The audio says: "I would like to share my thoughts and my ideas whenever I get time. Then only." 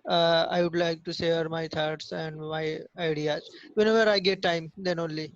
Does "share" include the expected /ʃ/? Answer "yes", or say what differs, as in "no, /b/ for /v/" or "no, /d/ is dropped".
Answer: no, /s/ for /ʃ/